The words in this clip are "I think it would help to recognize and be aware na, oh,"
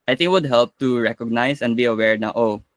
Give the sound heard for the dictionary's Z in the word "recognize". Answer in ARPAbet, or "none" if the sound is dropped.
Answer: S